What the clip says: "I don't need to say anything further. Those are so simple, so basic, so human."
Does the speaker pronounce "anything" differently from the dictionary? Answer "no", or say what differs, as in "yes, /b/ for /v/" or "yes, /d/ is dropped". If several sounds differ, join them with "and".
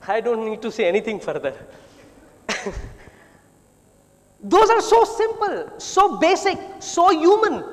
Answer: yes, /t/ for /θ/